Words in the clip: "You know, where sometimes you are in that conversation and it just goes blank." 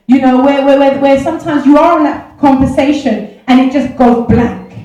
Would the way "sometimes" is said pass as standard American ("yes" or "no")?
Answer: yes